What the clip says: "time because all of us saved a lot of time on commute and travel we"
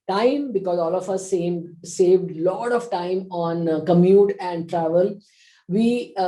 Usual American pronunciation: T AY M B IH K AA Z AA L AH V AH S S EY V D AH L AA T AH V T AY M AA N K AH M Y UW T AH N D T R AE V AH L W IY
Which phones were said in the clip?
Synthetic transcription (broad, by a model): T AY M B IH K AA Z AA L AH F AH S S EY V D L AA T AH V T AY M AA N K AH M Y UW T AH N D T R AE V AH L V IY